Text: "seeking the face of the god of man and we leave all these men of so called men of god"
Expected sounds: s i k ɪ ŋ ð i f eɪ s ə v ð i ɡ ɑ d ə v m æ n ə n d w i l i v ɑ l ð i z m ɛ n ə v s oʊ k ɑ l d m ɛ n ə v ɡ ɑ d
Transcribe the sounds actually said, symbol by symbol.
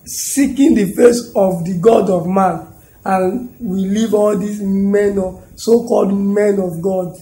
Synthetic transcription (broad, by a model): s i k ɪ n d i f eɪ s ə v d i ɡ ɑ d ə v m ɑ n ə n w i l i v ɑ l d i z m ɛ n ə s oʊ k ɑ l d m ɛ n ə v ɡ ɑ d